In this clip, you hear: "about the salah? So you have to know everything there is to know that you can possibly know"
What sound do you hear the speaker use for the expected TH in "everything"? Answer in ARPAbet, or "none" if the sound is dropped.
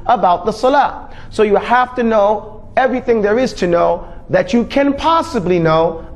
TH